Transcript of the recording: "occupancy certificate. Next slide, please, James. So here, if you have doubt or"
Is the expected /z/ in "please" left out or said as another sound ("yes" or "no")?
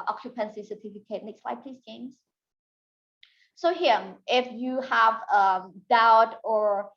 yes